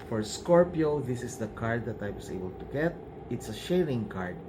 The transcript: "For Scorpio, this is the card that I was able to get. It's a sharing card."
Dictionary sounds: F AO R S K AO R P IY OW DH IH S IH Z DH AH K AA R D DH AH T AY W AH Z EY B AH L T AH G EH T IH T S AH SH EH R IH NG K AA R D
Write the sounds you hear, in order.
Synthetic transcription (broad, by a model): F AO R S K AO R P IY OW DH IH S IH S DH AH K AA R D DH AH T AY W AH S EY B AH L T AH G EH T IH T S AH SH EH R IH NG K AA R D